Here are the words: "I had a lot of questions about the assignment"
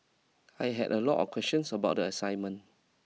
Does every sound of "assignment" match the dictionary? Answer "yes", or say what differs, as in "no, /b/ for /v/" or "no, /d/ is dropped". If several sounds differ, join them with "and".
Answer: no, /t/ is dropped